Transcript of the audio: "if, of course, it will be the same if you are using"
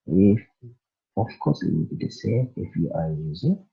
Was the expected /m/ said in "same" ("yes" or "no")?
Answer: no